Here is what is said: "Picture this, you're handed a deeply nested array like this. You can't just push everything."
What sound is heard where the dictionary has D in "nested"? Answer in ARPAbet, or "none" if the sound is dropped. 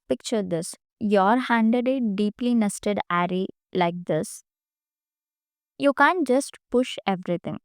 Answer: D